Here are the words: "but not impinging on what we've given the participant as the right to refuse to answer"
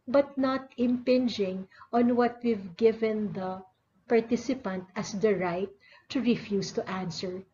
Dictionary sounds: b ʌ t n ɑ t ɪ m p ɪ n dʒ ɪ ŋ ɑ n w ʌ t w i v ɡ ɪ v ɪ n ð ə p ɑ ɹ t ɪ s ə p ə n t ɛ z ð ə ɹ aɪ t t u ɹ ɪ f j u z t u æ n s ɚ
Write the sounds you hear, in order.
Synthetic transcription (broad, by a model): b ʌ t n ɑ t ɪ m p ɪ n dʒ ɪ ŋ ɑ n w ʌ t w i v ɡ ɪ v ɪ n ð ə p ɑ ɹ t ɪ s ə p ə n t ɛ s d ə ɹ aɪ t t u ɹ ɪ f j u s t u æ n s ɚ